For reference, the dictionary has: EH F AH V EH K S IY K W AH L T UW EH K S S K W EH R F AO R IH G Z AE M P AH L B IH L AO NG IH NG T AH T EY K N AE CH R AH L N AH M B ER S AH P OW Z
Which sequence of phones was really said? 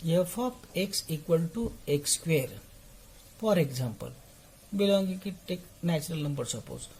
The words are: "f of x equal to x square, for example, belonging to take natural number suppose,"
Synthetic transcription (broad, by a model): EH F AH P EH K S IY K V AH L T UW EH K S S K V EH R F AO R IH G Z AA M P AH L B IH L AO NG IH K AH T EY K N AE CH R AH L N AH M B ER S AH P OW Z